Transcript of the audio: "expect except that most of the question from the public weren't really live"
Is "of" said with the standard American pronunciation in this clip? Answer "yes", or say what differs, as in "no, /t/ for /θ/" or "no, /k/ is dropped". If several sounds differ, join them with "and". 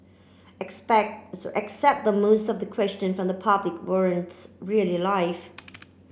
yes